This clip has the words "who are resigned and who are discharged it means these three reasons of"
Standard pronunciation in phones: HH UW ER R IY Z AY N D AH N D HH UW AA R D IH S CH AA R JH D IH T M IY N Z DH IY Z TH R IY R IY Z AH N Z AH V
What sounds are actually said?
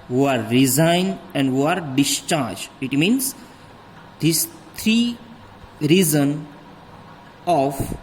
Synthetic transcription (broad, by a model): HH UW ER R IY Z AY N D AH N D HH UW AA R D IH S CH AA R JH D IH T M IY N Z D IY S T R IY R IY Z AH N AH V